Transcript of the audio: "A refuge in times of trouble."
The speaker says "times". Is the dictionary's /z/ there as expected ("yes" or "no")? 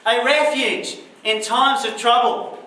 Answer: yes